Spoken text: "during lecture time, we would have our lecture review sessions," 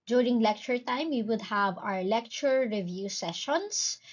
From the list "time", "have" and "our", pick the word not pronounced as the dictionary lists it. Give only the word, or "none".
none